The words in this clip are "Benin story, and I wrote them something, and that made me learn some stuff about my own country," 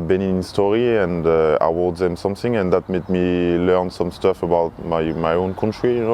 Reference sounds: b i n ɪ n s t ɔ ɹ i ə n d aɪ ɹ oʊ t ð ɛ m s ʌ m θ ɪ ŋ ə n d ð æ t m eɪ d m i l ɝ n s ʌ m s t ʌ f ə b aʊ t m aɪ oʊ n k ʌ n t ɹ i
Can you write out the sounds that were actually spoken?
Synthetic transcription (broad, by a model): b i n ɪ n s t ɔ ɹ i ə n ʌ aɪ w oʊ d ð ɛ m s ʌ m θ ɪ ŋ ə n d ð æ t m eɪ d m i l ɝ n s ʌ m s t ʌ f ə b aʊ t m aɪ oʊ n k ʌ n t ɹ i